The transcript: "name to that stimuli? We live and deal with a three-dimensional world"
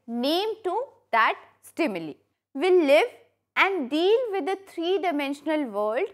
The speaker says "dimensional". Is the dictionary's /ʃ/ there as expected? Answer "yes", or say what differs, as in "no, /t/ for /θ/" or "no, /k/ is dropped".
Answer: yes